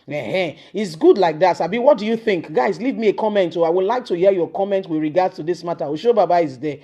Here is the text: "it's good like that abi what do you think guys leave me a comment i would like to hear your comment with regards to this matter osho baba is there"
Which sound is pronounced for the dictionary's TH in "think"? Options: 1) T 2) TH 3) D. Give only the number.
2